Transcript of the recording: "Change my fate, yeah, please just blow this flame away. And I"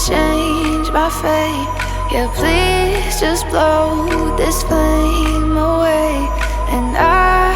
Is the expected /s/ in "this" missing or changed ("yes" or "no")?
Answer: no